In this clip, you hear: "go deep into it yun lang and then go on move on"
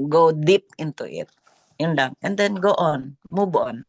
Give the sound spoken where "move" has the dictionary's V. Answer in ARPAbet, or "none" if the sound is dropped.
B